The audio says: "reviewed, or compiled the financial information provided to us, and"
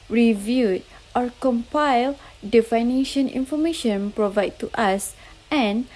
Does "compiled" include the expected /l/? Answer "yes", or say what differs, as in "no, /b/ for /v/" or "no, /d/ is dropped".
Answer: yes